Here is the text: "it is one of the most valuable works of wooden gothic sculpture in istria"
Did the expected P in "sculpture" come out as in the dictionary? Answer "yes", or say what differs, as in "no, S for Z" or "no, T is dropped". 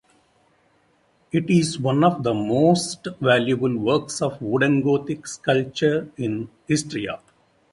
no, P is dropped